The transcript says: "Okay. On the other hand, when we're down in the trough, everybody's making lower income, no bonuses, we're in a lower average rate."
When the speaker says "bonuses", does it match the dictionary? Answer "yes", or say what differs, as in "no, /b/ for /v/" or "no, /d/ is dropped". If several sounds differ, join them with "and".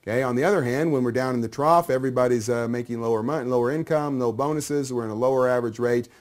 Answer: yes